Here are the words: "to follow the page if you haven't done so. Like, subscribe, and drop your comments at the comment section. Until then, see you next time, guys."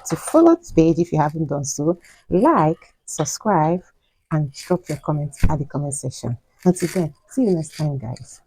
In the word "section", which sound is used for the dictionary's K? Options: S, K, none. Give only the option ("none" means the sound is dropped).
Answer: none